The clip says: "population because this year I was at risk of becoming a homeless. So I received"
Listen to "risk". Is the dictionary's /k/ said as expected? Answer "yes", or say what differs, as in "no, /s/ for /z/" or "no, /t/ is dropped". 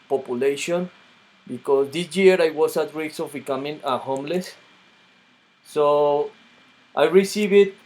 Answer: no, /k/ is dropped